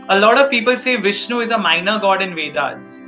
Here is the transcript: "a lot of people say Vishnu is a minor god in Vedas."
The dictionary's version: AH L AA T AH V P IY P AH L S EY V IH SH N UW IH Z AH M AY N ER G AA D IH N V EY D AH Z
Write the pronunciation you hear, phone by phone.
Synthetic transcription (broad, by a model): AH L AA T AH V P IY P AH L S EY V IH SH N UW IH Z AH M AY N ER G AA D IH N V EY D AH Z